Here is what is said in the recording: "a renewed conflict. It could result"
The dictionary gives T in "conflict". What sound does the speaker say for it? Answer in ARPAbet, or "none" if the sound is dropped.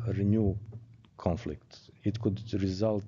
T